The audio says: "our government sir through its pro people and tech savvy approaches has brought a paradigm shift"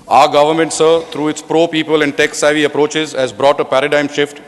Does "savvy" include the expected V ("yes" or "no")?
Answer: yes